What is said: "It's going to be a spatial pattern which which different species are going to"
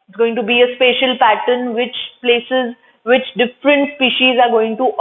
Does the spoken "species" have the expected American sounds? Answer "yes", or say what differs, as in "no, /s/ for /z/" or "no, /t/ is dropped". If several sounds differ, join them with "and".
yes